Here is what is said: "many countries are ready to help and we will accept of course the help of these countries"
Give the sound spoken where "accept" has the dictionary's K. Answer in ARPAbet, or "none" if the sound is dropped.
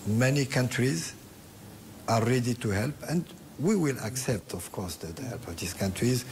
K